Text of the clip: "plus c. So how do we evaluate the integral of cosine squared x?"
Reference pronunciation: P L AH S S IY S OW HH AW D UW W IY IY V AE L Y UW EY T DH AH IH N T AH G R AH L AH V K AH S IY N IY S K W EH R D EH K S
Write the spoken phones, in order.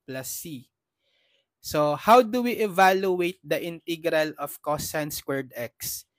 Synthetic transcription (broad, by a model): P L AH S S IY S OW HH AW D UW W IY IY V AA L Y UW EY T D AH IH N T AH G R AH L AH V K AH S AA N S K W EH R D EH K S